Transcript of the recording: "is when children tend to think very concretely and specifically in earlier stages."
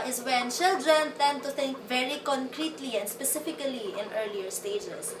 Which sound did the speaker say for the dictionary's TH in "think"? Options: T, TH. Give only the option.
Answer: T